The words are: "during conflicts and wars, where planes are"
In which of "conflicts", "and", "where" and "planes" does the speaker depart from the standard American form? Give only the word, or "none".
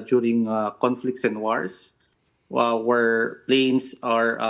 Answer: planes